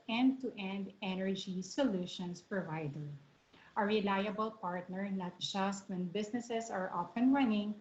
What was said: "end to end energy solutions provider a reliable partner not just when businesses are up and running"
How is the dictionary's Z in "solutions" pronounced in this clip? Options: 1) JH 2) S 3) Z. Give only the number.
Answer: 2